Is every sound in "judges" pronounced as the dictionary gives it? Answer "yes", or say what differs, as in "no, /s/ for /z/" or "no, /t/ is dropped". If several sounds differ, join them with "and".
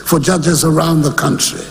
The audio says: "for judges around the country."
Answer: yes